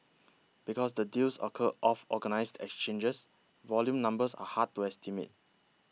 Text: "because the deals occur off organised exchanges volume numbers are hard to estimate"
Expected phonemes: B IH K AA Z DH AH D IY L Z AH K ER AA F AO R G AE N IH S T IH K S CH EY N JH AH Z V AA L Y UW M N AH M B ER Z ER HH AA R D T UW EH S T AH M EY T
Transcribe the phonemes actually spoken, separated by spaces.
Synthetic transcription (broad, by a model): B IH K AA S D AH D IY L S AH K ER AA F AO G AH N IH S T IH K S CH EY N JH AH S V AA L Y UW M N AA M B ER S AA HH AA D T UW EH S T AH M EY T